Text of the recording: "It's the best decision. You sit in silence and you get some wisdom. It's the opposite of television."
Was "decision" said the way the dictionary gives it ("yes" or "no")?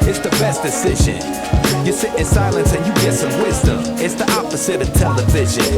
yes